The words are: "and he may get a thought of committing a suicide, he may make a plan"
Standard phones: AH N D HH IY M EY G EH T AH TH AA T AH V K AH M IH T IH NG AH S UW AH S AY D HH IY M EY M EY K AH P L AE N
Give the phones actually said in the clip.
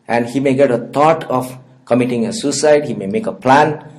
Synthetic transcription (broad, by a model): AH N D HH IY M EY G EH T AH T AA T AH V K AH M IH T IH NG AH S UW S AY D HH IY M EY M EY K AH P L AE N